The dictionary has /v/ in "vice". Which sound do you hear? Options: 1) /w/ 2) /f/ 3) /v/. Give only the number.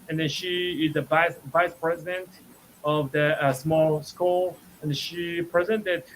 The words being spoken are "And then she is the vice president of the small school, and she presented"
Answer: 3